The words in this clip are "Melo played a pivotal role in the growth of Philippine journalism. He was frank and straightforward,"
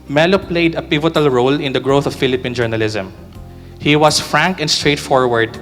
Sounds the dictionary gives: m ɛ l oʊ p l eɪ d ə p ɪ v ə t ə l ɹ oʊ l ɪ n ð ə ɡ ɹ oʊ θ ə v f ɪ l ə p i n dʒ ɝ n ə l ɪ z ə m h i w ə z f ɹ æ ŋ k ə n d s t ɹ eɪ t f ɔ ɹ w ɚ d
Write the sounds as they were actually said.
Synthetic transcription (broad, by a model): m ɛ l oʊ p l eɪ d ə p ɪ v ə t ə l ɹ oʊ l ɪ n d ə ɡ ɹ oʊ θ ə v f ɪ l ə p i n dʒ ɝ n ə l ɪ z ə m h i w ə s f ɹ æ ŋ k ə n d s t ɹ eɪ t f ɔ ɹ w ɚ d